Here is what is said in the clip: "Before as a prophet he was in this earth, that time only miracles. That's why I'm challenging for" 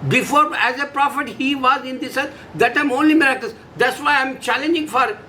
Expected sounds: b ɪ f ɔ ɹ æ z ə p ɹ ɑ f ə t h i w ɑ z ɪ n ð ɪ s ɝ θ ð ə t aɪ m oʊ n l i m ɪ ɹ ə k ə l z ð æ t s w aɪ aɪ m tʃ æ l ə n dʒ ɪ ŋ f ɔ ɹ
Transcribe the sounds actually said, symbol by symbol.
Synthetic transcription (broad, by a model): b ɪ f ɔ ɹ æ z ə p ɹ ɑ f ə t h i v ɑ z ɪ n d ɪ s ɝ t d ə t aɪ m oʊ n l i m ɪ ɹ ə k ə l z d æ t s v aɪ aɪ m tʃ æ l ə n dʒ ɪ ŋ f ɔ ɹ